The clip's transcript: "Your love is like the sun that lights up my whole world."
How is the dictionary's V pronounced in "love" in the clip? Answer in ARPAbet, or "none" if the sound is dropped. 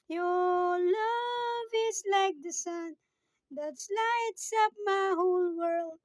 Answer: V